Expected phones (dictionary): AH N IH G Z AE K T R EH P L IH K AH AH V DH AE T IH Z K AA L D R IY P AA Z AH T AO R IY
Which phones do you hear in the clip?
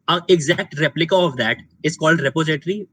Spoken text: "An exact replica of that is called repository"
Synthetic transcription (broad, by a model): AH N IH G Z AE K T R EH P L IH K AH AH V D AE T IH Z K AA L D R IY P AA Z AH T R IY